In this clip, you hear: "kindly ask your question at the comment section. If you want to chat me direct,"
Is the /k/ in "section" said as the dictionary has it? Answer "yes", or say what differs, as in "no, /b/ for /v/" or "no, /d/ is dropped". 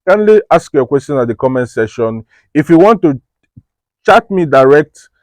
no, /k/ is dropped